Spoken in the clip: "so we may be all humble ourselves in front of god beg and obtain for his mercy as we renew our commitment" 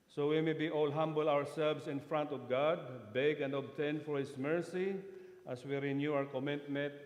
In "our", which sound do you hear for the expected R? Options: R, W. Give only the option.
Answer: W